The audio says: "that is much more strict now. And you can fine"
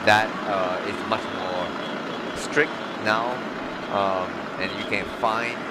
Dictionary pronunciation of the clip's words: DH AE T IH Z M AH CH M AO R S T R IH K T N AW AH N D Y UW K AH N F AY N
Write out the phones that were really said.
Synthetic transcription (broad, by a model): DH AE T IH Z M AH CH M AO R S T R IH K T N AW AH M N Y UW K AH N F AY N